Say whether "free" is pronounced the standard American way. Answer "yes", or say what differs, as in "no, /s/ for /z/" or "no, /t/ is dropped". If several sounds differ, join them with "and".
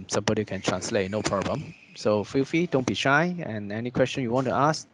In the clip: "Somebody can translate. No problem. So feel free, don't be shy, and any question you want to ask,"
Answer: no, /ɹ/ is dropped